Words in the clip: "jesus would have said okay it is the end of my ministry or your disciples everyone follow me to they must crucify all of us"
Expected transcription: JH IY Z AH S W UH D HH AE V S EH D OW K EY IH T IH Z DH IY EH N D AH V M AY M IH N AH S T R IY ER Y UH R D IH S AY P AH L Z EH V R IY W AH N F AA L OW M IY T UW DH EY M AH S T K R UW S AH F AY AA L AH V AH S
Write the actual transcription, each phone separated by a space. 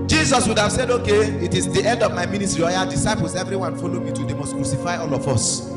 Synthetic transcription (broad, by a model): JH IY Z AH S W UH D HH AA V S EH D OW K EY IH T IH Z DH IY EH N D AH V M AY M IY N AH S T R IY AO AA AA D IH S AY P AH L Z EH V R IY W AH N F AA L OW M IY T UW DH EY M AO S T K R UW S AH F AY AA L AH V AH S